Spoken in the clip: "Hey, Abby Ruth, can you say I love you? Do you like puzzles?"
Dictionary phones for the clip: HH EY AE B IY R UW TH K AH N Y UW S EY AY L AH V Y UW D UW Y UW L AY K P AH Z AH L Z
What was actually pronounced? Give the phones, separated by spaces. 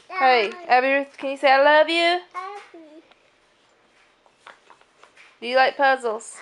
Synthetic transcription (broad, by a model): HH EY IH IY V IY K AH N Y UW S EY AY L AH V Y UW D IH Y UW L AY K P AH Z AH L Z